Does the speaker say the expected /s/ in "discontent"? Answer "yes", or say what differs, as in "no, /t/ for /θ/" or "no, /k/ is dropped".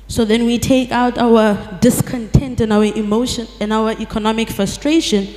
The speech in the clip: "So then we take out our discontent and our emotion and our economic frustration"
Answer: yes